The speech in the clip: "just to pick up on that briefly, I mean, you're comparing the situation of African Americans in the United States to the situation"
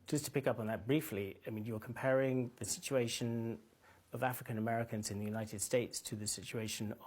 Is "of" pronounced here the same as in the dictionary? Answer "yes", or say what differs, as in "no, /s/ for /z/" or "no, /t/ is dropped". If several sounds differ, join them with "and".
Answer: yes